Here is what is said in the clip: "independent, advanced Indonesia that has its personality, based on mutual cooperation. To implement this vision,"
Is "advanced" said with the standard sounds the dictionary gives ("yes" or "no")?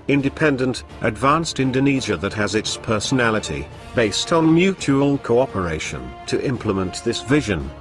yes